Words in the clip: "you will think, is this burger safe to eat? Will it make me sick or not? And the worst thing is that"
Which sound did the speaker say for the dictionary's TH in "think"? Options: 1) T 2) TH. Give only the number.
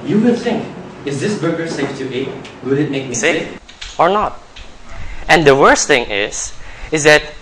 1